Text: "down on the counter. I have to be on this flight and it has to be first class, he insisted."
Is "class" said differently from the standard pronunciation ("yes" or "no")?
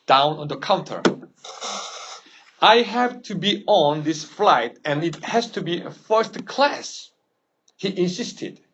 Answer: no